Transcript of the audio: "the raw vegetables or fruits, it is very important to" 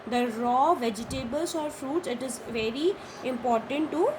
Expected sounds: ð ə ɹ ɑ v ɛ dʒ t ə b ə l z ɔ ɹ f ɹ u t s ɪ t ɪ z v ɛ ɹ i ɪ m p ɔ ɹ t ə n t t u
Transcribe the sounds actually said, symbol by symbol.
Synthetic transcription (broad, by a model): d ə ɹ ɑ v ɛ dʒ t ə b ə l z ɔ ɹ f ɹ u t s ɪ t ɪ z v ɛ ɹ i ɪ m p ɔ ɹ t ə n t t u